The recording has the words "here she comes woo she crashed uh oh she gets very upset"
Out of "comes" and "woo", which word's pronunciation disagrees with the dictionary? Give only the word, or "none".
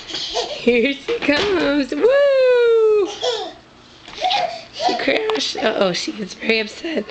none